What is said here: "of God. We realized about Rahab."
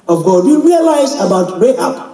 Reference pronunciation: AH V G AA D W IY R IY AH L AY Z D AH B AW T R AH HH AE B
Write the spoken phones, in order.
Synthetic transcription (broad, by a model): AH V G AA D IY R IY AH L AY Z AH B AW T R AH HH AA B